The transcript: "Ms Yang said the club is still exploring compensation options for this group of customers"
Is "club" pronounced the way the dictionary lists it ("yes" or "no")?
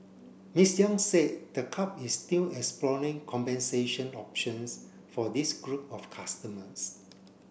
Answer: no